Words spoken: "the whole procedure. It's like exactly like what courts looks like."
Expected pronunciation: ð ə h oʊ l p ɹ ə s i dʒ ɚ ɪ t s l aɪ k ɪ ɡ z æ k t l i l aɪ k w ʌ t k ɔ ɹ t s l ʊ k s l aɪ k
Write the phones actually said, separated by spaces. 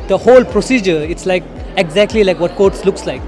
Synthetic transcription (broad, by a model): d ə h oʊ l p ɹ ə s i dʒ ɚ ɪ t s l aɪ k ɪ ɡ z æ k t l i l aɪ k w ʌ t k ɔ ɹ t s l ʊ k s l aɪ k